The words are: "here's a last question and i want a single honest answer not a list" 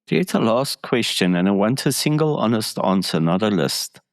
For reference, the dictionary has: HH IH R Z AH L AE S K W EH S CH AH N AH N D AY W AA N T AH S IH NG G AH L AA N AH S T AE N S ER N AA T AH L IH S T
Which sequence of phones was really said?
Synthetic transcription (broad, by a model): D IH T AH L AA S K W EH S CH AH N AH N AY W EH N T AH S IH NG G AH L AA N AH S T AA N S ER N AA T AH L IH S T